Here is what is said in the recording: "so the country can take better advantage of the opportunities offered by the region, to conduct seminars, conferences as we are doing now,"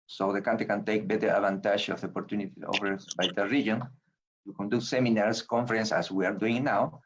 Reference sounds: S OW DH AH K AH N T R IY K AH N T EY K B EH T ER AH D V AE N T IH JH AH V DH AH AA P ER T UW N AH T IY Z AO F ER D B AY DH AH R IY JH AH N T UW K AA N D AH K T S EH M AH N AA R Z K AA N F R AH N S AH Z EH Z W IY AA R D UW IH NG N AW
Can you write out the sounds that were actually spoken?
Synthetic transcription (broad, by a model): S OW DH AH K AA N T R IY K AH N T EY K B EH T ER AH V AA N T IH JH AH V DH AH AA P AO T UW N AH T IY AO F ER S B AY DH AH R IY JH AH N T UW K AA N D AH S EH M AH N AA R S K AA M F R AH N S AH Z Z W IY AA R D UW IH NG N AW